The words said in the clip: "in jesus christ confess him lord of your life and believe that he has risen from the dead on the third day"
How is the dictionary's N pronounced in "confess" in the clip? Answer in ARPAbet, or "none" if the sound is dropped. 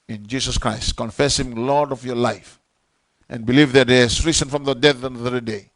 N